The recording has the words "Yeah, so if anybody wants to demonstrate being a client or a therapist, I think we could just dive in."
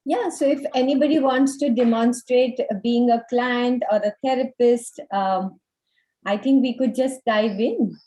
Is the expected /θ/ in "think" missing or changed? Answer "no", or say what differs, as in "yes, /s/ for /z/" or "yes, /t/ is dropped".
yes, /t/ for /θ/